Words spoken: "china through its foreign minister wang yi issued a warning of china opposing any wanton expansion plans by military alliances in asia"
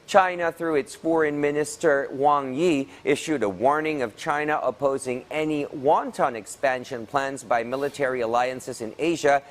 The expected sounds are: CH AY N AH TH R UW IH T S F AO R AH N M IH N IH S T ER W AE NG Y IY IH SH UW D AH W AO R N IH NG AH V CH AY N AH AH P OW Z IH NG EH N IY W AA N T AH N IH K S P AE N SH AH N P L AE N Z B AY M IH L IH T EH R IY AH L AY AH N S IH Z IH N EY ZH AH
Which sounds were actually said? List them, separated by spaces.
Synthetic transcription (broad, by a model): CH AY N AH TH R UW IH T S F AO R AH N M IH N IH S T ER W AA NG Y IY IH SH UW D AH W AO R N IH NG AH V CH AY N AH AH P OW Z IH NG EH N IY W AA N T AH N IH K S P AE N SH AH N P L AE N Z B AY M IH L IH T EH R IY AH L AY AH N S IH Z IH N EY ZH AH